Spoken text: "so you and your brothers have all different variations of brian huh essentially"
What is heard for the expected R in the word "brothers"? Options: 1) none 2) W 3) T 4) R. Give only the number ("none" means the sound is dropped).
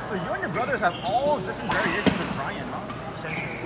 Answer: 4